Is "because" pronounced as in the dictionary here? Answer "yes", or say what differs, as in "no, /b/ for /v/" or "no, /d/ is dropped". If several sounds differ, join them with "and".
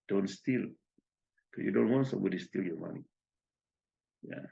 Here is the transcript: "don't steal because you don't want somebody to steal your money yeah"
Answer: no, /z/ is dropped